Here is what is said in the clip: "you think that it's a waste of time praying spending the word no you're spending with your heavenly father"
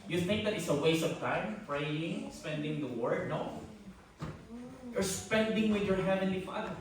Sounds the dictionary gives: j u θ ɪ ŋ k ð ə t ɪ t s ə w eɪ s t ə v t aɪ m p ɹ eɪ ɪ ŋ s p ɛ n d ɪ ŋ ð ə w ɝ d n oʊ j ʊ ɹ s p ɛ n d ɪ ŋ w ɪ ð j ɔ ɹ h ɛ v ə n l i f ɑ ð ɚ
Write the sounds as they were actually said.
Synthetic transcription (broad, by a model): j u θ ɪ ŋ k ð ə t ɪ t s ə w eɪ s ə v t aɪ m p ɹ eɪ ɪ ŋ s p ɛ n d ɪ ŋ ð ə w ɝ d n oʊ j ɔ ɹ s p ɛ n d ɪ ŋ w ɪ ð j ɔ ɹ h ɛ v ə n l i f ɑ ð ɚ